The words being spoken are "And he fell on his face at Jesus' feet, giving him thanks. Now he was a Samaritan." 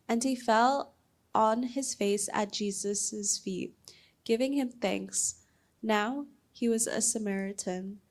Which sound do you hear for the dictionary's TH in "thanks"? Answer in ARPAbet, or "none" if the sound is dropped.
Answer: TH